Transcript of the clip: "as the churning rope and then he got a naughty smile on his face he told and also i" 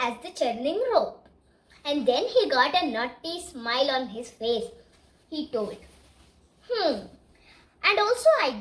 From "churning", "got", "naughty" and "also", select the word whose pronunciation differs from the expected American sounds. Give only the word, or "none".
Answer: none